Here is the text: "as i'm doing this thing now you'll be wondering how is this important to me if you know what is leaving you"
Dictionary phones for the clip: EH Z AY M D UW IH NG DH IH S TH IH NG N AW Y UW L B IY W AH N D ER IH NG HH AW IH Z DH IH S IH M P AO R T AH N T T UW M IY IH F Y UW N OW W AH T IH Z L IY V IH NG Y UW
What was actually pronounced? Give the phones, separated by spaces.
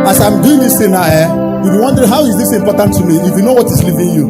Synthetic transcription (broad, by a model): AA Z AY M D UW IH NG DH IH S T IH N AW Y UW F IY W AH N D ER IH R HH AW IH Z DH IH S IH M P AO T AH N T T UW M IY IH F Y UW N OW W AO T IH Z L IY V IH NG Y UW